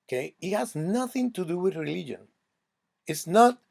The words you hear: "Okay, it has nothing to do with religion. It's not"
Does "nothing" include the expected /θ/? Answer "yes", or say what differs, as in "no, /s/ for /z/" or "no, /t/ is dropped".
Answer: yes